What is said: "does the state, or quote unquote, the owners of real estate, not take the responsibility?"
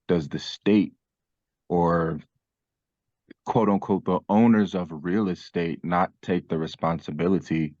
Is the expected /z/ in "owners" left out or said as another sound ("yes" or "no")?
no